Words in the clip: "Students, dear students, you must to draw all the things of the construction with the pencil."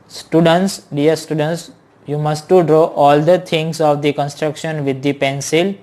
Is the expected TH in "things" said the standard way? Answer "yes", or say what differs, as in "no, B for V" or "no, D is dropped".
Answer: no, T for TH